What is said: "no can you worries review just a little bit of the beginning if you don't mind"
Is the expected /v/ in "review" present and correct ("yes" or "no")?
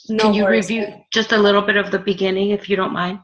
yes